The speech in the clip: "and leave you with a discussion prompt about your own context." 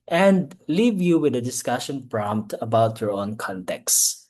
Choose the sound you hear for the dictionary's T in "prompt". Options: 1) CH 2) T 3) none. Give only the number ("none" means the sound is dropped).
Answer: 2